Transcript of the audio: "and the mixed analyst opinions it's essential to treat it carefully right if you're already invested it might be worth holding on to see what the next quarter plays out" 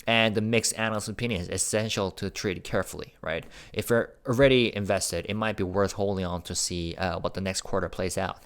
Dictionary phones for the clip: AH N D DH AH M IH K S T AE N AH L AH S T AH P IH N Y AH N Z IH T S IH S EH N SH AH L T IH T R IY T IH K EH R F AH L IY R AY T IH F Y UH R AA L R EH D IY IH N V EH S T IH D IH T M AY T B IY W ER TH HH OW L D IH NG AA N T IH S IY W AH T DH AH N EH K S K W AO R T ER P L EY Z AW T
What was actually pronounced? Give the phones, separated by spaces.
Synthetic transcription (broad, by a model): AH N DH AH M IH K S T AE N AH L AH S AH P IH N Y AH N Z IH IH S EH N SH L T IH T R IY T K EH R F L IY R AY T IH F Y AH R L R EH D IY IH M V EH S T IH D IH T M AY T B IY W ER TH HH OW L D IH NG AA N T IH S IY W AH T DH AH N EH K S K W AO R T ER P L EY Z AW T